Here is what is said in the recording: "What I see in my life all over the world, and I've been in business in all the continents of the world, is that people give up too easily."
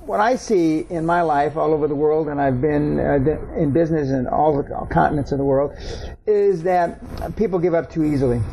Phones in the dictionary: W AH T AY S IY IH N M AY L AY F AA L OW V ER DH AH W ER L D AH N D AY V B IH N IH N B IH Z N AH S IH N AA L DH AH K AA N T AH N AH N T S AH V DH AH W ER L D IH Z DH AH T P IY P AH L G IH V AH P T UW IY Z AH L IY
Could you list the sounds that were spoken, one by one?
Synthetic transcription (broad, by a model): W AH T AY S IY IH N M AY L AY F AA L OW V ER DH AH W ER L D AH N AY V B IH N IH N B IH Z N AH S IH N AA L DH AH K AA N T N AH N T S AH V DH AH W ER L D IH Z DH AH T P IY P L G IH V AH P T UW IY Z L IY